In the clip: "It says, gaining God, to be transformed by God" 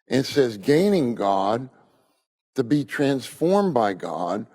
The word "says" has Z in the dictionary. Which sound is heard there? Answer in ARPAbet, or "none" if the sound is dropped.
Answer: Z